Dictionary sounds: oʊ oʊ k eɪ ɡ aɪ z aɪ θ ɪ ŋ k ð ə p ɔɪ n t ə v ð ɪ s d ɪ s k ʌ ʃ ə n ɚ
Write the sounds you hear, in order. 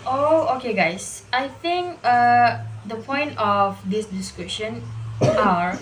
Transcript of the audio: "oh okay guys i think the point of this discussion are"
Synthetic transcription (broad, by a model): oʊ oʊ k eɪ ɡ aɪ s aɪ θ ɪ ŋ k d ə p ɔɪ n t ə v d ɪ s d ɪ s k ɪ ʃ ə n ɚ